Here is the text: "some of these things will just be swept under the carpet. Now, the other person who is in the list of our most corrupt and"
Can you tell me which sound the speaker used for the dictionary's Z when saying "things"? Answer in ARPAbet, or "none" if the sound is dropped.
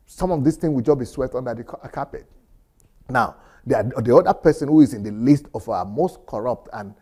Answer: none